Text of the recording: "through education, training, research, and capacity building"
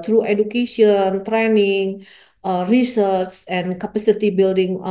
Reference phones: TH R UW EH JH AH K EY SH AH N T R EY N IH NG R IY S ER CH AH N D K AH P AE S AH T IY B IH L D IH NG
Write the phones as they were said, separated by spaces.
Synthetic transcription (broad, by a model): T R UW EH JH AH K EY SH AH N T R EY N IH NG R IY S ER S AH N K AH P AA S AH T IY B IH L D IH NG